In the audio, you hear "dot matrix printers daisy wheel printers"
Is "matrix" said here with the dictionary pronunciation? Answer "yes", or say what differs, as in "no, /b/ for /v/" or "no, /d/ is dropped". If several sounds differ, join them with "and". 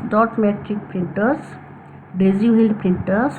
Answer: no, /s/ is dropped